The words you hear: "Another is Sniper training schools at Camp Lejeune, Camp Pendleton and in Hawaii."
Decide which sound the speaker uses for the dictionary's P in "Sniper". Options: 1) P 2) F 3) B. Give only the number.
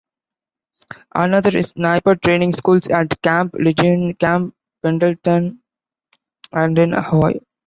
1